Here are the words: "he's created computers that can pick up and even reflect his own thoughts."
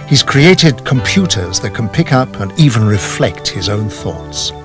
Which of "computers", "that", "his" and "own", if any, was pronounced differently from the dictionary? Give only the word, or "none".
none